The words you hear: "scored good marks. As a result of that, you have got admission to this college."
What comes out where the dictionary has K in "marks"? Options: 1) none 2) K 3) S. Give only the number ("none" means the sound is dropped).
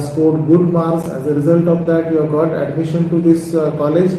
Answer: 1